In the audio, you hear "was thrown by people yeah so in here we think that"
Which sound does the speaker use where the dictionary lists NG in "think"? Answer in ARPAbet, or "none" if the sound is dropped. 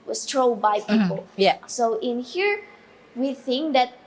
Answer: NG